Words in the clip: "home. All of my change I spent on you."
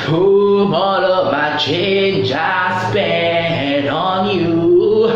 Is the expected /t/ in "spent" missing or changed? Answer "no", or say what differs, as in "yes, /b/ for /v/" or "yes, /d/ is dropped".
yes, /t/ is dropped